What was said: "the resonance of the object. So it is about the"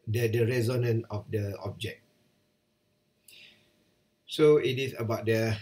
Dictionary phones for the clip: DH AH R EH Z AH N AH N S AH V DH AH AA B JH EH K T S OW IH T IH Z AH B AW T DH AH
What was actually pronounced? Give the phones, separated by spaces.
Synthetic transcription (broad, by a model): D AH R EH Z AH N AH N AH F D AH AA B JH EH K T S OW IH T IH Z AH B AW T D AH